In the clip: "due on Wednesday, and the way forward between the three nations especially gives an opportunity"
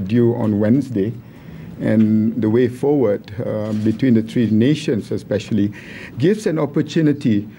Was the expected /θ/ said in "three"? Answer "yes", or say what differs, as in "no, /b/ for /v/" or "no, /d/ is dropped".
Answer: no, /t/ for /θ/